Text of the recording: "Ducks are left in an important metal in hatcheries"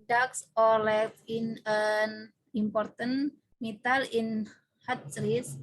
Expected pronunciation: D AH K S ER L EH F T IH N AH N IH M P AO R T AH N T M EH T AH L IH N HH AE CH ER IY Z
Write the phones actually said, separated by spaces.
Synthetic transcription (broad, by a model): D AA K S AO L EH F IH N AH N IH M P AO R T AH N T M EH T AH L IH N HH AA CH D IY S